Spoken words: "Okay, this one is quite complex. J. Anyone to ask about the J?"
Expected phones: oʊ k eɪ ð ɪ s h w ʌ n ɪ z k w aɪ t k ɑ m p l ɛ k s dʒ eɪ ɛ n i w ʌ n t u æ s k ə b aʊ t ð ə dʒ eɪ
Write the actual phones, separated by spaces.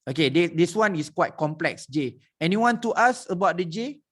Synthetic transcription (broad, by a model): oʊ k eɪ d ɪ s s w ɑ n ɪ s k w aɪ t k ɑ m p l ɛ k s dʒ eɪ ɛ n i w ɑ n t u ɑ s ə b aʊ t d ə dʒ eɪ